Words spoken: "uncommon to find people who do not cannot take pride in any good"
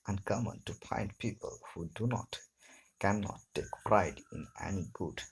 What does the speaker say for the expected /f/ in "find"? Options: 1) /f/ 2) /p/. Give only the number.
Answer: 2